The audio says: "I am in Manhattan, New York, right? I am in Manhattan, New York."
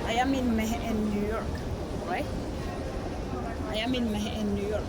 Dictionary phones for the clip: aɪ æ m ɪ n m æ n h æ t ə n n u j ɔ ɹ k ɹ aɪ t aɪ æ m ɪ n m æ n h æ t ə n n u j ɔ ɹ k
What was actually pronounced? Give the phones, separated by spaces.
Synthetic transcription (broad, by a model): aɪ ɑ m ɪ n m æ h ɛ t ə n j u j ɔ ɹ k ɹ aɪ aɪ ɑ m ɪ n m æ h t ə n n u j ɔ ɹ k